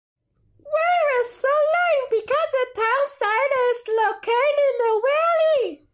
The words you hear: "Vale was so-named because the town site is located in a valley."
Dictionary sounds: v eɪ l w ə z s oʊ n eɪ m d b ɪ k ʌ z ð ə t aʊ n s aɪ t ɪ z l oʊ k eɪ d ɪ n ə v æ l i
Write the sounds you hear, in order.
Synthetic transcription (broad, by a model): w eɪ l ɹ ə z s oʊ l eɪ b ɪ k ʌ z ð ə t aʊ n s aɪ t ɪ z l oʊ k eɪ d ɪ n ə w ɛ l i